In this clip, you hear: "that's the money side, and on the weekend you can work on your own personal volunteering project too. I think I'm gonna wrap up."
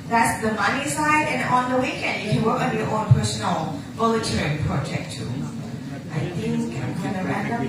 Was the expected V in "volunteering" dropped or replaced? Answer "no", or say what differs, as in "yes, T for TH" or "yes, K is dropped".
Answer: yes, B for V